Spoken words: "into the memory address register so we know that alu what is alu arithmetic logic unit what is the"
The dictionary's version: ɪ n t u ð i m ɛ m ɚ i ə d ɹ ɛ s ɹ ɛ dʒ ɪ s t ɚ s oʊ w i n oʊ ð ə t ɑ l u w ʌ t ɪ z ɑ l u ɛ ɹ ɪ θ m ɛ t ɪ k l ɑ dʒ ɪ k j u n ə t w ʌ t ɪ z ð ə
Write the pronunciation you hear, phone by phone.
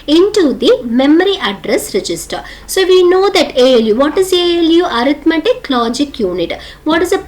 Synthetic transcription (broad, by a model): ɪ n t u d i m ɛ m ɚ i ə d ɹ ɛ s ɹ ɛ dʒ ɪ s t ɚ s oʊ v i n oʊ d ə t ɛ l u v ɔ t ɪ z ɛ l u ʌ ɹ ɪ t m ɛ t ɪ k l ɑ dʒ ɪ k j u n ə t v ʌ t ɪ z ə